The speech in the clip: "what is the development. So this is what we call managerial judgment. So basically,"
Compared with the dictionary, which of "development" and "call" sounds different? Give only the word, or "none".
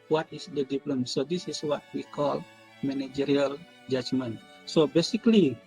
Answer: development